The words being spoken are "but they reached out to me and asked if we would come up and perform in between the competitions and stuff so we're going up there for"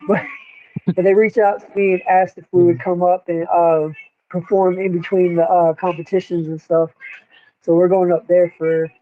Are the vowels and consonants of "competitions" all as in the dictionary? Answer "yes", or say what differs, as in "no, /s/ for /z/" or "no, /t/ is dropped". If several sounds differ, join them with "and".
yes